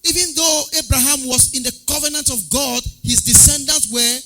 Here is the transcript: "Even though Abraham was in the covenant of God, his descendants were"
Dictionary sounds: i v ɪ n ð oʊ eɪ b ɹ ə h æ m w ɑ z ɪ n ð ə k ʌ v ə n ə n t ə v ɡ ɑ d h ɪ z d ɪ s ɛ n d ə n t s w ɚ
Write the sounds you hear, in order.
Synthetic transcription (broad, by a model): i v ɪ n ð oʊ eɪ b ɹ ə h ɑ m w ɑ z ɪ n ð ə k ʌ v ə n ə n t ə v ɡ ɑ d h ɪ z d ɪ s ɛ n d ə n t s w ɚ